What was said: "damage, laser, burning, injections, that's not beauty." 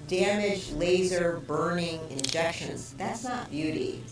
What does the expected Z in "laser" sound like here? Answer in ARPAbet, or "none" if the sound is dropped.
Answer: Z